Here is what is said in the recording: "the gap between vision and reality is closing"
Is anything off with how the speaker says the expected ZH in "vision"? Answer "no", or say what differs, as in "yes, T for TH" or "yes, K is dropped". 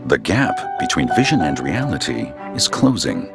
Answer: no